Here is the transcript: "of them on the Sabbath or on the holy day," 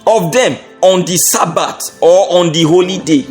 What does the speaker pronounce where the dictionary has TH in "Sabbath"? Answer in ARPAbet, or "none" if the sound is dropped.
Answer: T